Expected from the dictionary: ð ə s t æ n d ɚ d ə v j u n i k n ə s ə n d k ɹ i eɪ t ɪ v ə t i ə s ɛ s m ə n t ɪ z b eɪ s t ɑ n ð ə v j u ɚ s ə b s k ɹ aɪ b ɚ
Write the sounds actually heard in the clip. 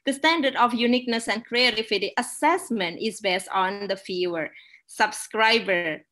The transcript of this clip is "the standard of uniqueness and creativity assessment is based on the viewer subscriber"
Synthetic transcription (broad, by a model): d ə s t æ n d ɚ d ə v j u n i k n ə s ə n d k ɹ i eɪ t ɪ f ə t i ə s ɛ s m ə n t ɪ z b eɪ s t ɑ n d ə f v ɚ s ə b s k ɹ aɪ b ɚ